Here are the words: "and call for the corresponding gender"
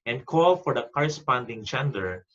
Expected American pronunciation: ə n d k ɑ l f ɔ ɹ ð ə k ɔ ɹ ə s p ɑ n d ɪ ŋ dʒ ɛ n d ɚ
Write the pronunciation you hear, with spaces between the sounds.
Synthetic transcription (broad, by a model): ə n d k ɑ l f ɔ ɹ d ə k ɔ ɹ ə s p ɑ n d ɪ ŋ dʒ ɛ n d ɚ